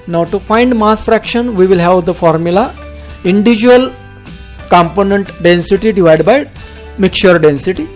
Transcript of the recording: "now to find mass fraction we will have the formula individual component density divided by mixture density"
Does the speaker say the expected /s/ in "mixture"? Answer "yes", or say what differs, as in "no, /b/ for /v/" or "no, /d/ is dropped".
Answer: no, /s/ is dropped